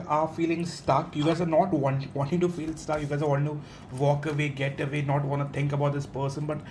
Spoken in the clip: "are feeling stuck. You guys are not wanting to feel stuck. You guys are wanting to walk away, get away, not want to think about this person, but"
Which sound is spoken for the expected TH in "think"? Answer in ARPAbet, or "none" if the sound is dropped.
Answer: T